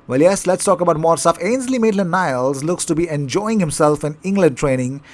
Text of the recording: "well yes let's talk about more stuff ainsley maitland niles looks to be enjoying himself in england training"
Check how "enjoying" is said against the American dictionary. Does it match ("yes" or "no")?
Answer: yes